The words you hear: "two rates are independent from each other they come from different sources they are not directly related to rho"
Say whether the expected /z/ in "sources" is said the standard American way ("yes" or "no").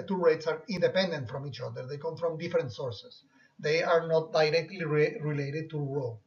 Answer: no